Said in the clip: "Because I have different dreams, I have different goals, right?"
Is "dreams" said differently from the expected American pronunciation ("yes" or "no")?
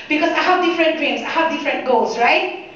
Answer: yes